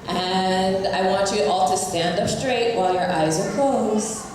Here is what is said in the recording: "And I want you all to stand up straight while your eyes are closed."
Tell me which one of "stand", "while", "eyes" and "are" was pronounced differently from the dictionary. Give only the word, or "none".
none